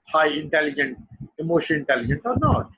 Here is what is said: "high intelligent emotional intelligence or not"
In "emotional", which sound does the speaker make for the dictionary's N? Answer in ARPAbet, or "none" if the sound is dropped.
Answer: none